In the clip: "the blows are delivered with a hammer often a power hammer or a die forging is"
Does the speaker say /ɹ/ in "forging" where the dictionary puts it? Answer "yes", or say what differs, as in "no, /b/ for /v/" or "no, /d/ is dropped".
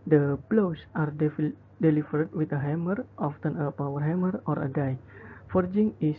yes